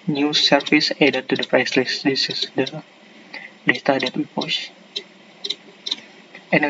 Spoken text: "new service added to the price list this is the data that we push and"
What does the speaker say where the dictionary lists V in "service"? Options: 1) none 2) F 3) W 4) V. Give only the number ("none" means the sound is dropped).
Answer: 2